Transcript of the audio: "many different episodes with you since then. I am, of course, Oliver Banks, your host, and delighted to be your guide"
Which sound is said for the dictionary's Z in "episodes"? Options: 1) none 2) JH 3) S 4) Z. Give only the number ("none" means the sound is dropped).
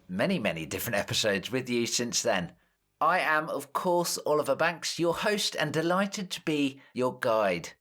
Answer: 4